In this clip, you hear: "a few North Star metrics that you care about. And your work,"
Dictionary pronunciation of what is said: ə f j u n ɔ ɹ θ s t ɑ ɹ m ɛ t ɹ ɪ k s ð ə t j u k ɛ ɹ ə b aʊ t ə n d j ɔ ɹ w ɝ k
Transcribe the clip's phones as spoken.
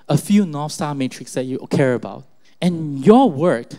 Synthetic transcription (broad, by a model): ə f j u n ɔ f s t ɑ l m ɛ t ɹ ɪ k s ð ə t j u k ɛ ɹ ə b aʊ t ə n j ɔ w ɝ k